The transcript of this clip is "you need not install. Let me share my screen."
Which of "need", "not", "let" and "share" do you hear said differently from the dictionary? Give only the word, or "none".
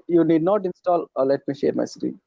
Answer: none